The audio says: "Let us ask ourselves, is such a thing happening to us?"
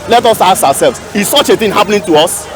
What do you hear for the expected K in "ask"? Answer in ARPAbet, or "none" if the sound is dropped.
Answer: none